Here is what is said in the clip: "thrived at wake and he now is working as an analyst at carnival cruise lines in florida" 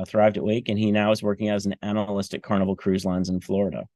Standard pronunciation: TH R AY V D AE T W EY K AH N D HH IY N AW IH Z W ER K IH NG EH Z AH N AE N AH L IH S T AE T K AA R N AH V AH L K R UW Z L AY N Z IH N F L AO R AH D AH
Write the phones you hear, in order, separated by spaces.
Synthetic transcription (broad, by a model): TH R AY V D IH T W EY K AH N IY N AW IH Z W ER K IH NG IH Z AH N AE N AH L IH S T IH K AA R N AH V L K R UW Z L AY N Z IH N F L AO R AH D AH